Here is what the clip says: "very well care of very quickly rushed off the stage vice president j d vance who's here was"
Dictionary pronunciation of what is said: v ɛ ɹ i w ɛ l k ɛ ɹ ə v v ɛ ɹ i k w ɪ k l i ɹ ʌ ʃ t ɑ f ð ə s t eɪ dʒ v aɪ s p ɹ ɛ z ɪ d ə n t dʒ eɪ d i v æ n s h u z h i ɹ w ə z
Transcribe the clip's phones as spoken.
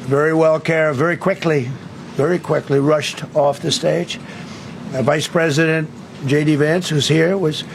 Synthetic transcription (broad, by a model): v ɛ ɹ i w ɛ l k ɛ ɹ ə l v ɛ ɹ i k w ɪ k l i ɹ ʌ ʃ t ɑ f ð ə s t eɪ dʒ v aɪ s p ɹ ɛ z ɪ d ə n t dʒ eɪ d i v æ n s h u z h i ɹ w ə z